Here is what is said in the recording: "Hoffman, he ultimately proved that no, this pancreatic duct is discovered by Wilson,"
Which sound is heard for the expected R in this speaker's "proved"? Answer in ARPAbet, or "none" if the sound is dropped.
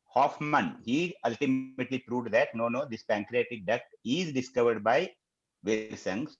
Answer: R